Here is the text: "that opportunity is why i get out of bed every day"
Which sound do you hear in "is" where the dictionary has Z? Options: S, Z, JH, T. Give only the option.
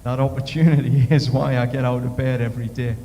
Z